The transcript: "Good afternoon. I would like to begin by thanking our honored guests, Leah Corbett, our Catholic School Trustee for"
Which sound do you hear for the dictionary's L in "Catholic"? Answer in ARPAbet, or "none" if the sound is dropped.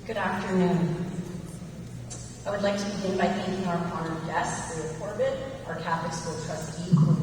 none